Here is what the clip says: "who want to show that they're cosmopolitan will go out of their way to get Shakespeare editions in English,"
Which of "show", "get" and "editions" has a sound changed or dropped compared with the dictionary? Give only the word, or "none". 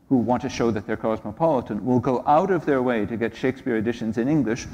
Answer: none